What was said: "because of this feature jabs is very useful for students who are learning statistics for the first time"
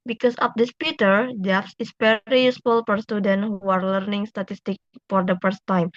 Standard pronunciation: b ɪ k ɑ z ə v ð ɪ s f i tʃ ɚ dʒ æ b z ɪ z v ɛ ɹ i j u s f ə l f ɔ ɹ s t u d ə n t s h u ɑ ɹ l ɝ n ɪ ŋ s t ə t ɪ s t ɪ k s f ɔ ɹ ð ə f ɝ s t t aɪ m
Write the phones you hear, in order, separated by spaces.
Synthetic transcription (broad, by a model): b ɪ k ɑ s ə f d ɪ s p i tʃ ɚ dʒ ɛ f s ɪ s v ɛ ɹ i j u s f ə l f ɔ ɹ s t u d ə n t h u ɑ ɹ l ɝ n ɪ ŋ s t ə t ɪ s t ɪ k f ɔ ɹ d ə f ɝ s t t aɪ m